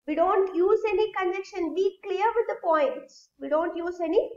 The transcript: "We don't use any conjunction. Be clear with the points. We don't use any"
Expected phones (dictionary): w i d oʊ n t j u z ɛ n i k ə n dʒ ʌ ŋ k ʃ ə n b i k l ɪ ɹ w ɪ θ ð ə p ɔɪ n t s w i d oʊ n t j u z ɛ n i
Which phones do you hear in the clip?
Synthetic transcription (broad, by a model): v i d oʊ n t j u z ɛ n i k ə n ɛ k ʃ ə n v i k l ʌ ɹ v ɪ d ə p ɔɪ n t s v i d oʊ n t j u z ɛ n i